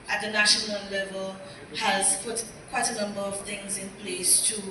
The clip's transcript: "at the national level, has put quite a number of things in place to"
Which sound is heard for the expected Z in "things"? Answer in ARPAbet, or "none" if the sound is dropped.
Z